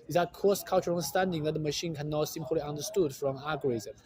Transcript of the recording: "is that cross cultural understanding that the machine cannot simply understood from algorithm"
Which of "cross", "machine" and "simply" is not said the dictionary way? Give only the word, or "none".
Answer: cross